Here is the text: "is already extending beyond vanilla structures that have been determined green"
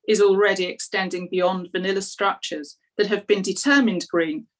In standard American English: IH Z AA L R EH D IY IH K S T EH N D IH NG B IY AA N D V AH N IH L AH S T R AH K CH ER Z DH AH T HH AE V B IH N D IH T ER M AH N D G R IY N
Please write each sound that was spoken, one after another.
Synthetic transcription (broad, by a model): IH Z AA L R EH D IY IH K S T EH N D IH NG B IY AA N D V AH N IH L AH S T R AH K CH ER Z DH AH T HH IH V B IH N D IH T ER M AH N D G R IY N